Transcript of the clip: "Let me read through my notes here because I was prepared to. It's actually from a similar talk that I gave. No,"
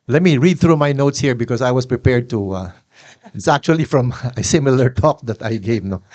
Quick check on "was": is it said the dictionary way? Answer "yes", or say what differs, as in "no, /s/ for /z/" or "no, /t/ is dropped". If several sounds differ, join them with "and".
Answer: no, /s/ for /z/